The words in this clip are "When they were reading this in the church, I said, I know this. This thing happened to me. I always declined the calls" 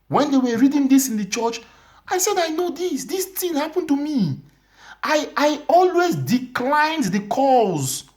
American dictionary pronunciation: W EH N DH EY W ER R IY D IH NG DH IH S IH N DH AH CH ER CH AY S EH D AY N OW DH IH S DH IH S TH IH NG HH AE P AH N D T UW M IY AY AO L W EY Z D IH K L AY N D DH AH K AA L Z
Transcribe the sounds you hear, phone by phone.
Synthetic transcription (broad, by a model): W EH N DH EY W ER R IY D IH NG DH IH S IH N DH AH CH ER CH AY S EH D AY N OW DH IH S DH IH S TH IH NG HH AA P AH N T UW M IY AY AO L W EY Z D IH K L AY N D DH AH K AA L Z